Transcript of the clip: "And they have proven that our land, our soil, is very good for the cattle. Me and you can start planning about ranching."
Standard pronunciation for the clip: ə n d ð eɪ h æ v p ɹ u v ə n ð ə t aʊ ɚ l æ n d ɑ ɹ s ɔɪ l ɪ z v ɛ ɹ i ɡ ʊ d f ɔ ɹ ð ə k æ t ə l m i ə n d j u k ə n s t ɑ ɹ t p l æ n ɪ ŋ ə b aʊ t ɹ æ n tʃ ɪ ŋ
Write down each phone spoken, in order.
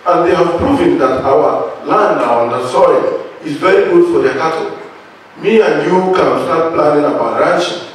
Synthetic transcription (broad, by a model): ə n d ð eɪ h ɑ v p ɹ u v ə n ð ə t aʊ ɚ l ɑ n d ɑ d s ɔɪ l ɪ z v ɛ ɹ i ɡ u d f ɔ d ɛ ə k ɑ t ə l m i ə n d j u k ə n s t ɑ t p l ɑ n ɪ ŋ ə b aʊ t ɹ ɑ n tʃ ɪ